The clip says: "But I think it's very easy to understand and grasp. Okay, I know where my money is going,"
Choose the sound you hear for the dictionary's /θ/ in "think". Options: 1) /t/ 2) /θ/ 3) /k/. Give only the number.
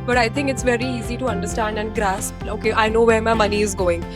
1